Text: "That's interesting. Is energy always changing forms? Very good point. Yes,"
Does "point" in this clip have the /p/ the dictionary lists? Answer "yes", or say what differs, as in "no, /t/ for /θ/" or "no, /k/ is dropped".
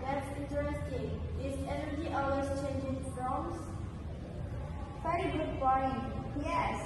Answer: no, /b/ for /p/